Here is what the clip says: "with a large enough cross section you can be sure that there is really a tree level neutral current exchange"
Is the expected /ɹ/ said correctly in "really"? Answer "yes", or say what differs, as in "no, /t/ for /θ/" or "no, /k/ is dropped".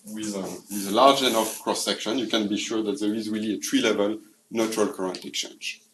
yes